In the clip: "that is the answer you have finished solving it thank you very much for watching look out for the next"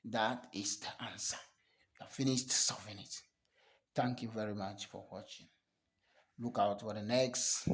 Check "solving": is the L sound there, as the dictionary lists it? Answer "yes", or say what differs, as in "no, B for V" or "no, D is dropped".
no, L is dropped